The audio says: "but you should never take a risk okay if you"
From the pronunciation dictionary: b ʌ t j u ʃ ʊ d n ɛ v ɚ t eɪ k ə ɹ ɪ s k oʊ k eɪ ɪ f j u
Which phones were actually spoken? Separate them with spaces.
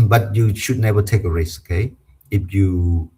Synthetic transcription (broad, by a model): b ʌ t j u ʃ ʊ d n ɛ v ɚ t eɪ k ə ɹ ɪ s oʊ k eɪ ɪ f j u